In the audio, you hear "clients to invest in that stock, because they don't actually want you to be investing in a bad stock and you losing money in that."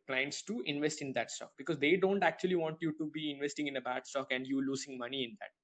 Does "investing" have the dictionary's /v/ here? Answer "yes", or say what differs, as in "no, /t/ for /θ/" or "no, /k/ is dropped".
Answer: yes